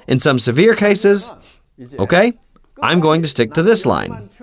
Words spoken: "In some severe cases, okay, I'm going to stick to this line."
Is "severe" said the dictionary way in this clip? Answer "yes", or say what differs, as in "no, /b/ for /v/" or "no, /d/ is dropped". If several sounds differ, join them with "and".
yes